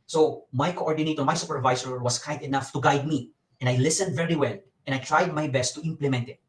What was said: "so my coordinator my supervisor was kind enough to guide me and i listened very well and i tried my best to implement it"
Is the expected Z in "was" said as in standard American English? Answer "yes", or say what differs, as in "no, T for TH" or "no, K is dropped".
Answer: no, S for Z